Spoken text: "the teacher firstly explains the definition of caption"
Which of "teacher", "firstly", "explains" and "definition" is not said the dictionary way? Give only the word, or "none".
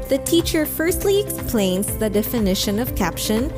none